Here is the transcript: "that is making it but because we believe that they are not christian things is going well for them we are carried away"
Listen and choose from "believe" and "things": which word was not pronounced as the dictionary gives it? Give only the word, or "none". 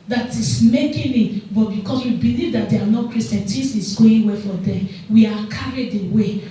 things